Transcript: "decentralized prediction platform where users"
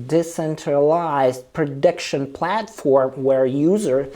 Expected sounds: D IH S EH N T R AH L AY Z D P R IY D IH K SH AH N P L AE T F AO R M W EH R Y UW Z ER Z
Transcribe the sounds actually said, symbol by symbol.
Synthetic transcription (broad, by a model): D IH S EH N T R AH L AY Z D P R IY D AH K SH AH N P L AE T F AO R M W EH R Y UW Z ER